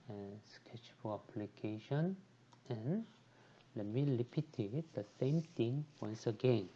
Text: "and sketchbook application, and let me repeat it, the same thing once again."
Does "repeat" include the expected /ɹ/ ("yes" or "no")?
no